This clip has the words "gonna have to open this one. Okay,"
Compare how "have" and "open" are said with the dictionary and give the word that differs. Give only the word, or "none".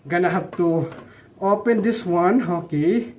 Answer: have